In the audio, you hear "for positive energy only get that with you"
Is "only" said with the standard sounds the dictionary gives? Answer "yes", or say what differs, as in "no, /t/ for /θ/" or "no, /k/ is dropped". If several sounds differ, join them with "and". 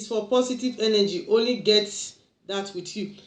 yes